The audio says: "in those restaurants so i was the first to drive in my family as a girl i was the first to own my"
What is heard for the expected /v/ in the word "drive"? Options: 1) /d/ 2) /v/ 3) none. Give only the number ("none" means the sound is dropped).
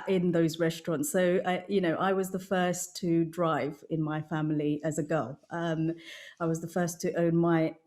2